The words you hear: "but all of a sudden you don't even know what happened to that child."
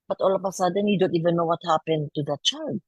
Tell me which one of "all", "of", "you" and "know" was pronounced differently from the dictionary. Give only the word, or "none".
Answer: of